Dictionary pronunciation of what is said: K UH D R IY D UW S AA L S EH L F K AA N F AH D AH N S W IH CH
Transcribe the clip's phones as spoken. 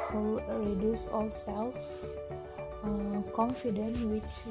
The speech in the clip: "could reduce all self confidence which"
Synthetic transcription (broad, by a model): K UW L R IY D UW S AA L S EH L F K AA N F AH D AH N W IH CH